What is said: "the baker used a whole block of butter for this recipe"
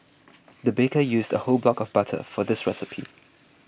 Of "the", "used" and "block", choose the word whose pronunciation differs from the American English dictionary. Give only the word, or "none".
none